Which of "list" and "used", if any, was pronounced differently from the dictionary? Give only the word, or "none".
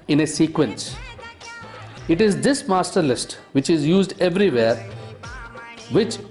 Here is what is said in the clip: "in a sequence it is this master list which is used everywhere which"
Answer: none